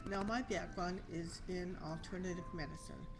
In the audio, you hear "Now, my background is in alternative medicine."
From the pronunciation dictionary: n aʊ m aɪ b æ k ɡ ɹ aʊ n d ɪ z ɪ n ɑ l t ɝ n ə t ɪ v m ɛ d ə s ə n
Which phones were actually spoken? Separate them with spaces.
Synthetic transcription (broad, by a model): n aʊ m aɪ b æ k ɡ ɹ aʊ n ɪ z ɪ n ɑ l t ɝ n ə t ɪ v m ɛ d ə s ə n